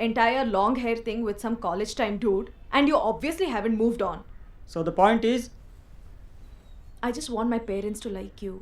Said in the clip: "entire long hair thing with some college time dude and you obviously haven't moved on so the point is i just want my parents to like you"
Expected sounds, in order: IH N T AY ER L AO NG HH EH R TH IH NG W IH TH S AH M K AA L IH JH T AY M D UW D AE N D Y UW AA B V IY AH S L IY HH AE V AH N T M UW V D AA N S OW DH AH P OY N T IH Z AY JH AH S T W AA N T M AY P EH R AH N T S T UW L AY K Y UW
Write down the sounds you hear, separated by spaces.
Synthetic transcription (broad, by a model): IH N T AY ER L AO NG HH EH R T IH NG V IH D S AH M K AA L IH JH T AY M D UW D AE N D Y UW AA B V IY AH S L IY HH AE V AH N T M UW V D AA N S OW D AH P OY N T IH Z AY JH AH S T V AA N T M AY P EH R AH N T S T UW L AY K Y UW